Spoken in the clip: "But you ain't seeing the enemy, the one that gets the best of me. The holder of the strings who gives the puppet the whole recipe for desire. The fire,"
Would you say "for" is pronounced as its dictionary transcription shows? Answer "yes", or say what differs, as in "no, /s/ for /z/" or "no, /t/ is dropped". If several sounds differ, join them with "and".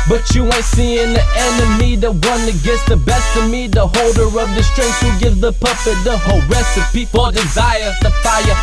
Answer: no, /p/ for /f/